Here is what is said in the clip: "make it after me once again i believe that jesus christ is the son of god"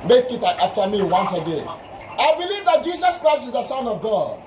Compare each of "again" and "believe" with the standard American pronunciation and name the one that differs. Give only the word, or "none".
again